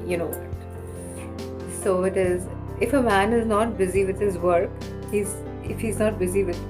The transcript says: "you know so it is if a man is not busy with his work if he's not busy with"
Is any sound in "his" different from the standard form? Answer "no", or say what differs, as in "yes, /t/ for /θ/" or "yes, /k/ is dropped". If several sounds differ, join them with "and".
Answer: no